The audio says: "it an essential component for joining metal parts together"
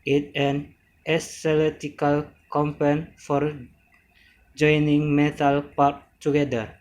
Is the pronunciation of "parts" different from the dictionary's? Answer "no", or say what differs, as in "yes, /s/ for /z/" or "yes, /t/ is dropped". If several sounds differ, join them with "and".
yes, /s/ is dropped